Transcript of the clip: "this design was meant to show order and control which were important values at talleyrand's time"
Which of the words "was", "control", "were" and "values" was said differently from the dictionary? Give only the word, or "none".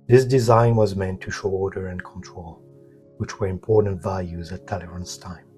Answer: none